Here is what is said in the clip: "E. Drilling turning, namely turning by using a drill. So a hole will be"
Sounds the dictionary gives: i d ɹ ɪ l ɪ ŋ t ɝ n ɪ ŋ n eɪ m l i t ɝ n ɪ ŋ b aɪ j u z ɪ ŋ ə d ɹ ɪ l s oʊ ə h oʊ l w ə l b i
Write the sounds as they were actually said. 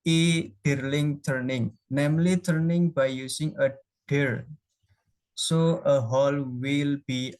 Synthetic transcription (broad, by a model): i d ɹ l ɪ ŋ t ɝ n ɪ ŋ n eɪ m l i t ɝ n ɪ ŋ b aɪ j u s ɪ ŋ ə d ɪ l s oʊ ə h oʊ l w ə l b i